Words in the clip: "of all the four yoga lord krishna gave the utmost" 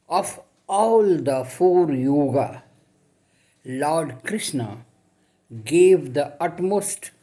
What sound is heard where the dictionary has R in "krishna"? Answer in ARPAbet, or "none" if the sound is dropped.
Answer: R